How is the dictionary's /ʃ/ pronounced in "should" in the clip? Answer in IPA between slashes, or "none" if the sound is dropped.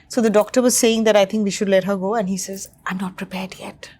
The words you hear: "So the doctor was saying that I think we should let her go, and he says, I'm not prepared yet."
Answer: /ʃ/